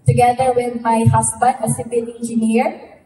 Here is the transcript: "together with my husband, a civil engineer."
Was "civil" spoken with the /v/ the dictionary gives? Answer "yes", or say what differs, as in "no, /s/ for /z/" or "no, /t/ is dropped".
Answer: no, /p/ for /v/